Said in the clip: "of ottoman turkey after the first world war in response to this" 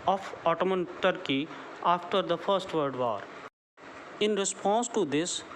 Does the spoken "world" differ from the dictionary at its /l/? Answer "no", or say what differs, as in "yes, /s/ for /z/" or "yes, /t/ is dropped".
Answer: yes, /l/ is dropped